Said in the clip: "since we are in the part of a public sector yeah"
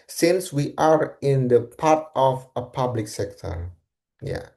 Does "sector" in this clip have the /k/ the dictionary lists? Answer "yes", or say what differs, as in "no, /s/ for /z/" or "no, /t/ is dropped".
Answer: yes